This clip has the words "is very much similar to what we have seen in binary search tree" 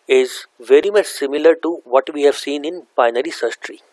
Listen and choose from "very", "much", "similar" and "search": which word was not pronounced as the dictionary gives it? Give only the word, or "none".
search